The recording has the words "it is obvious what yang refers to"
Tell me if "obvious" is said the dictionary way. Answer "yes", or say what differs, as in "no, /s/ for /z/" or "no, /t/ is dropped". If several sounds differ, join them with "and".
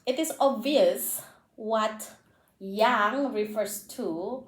yes